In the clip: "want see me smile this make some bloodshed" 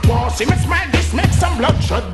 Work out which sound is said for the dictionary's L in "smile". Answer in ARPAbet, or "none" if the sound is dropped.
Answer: N